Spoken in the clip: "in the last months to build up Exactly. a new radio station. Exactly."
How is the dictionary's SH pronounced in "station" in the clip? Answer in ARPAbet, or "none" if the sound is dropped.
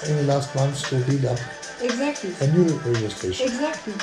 none